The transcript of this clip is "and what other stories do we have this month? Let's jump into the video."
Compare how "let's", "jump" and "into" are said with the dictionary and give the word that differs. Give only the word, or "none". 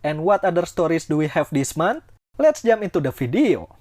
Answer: jump